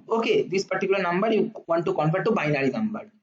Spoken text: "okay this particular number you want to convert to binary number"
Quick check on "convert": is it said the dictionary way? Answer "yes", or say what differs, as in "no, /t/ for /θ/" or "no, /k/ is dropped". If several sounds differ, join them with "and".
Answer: no, /f/ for /v/